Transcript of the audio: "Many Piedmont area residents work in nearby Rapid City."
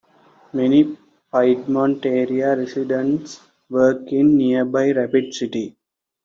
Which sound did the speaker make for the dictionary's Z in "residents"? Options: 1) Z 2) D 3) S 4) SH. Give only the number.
3